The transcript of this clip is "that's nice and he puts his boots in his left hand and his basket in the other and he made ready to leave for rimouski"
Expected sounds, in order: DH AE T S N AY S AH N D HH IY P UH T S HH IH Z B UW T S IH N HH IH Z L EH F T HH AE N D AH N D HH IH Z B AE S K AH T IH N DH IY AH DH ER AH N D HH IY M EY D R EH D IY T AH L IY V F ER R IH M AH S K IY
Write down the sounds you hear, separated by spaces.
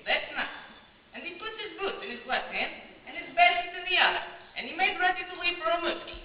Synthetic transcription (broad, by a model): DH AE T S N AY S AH N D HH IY P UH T HH IH Z B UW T IH N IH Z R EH T HH AE N D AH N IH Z B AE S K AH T IH N DH IY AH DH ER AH N IY M EY D R EH D IY T AH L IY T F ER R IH M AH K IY